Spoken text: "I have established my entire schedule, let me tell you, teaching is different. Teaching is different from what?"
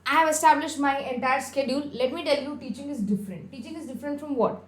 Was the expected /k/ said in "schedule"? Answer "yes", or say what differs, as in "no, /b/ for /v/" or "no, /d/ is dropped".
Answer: yes